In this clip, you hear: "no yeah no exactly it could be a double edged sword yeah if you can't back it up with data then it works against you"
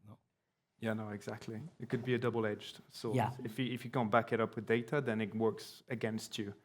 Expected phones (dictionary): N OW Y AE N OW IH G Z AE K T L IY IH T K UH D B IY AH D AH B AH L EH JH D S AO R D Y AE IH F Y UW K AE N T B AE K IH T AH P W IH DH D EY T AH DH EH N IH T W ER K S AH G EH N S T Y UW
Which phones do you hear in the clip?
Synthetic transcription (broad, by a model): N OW Y AE N OW IH G Z AE K T L IY IH T K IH D B IY AH D AH B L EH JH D S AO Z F Y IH IH F Y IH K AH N B AE K IH T AH P W IH DH D EY T AH DH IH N IH T W ER K S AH G EH N S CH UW